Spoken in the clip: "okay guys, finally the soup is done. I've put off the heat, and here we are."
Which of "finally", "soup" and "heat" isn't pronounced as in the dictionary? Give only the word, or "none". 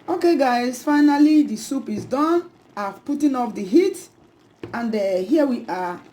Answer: none